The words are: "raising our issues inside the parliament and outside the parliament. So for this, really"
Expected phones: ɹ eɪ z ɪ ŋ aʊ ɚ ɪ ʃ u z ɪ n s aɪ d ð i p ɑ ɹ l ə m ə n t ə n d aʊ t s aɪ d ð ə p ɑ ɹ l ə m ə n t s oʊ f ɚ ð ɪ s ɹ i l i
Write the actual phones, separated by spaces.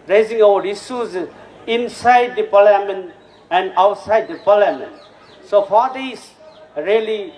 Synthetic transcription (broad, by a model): ɹ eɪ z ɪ ŋ aʊ ɚ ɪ s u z ɪ n s aɪ d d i p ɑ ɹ l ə m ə n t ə n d aʊ t s aɪ d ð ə p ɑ l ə m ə n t s oʊ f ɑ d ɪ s ɹ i l i